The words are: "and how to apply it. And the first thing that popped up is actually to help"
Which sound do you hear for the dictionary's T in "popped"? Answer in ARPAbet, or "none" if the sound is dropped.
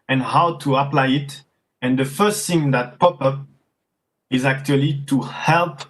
none